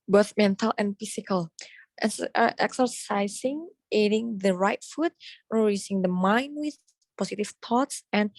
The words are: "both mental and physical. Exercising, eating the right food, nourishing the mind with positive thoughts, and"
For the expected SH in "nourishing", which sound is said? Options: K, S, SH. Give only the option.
S